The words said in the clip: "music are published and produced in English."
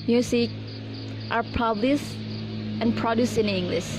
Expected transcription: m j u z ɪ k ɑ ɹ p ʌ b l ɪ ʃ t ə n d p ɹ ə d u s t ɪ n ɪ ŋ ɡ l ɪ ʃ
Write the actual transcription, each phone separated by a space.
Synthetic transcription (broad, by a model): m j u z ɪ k ɑ ɹ p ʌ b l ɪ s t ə n p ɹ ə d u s ɪ n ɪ ŋ ɡ l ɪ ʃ